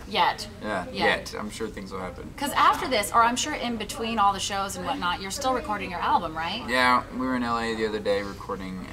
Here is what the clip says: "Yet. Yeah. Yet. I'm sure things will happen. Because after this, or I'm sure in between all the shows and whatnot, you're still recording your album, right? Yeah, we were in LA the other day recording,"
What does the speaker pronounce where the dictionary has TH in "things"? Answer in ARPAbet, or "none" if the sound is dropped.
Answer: TH